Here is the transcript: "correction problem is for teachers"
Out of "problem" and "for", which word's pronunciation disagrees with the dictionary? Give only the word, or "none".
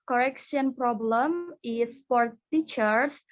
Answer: for